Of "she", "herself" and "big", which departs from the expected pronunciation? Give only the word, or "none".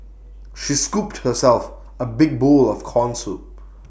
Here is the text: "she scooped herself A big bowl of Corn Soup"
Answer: none